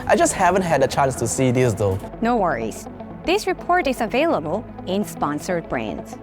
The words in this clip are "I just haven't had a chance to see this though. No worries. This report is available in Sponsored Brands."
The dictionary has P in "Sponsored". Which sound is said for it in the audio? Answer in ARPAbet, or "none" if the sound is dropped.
P